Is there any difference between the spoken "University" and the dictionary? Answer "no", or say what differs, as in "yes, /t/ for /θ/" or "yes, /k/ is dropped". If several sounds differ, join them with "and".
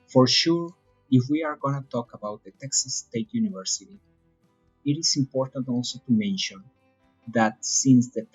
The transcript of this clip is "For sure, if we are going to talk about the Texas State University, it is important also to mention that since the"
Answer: no